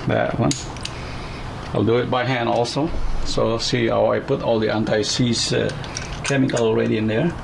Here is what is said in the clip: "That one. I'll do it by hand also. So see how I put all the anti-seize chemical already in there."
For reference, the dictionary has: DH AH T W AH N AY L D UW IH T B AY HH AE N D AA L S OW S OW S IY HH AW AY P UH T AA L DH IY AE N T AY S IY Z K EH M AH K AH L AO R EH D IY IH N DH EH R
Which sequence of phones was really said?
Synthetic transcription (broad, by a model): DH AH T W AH N AY L D UW IH T B AY HH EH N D AA L S OW S OW S IY HH AW AY P UH T AA L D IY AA N T AY S IY S K EH M AH K AH L AO R EH D IY IH N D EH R